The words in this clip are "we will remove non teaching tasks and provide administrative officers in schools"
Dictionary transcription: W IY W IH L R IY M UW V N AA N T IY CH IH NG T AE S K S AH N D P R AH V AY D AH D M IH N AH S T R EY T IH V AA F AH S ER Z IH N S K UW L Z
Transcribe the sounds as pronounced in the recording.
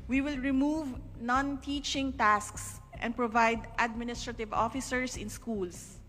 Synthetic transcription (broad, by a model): W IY W IH L R IY M UW V N AA N T IY CH IH NG T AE S K S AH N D P R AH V AY D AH D M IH N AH S T R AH T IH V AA F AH S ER S IH N S K UW L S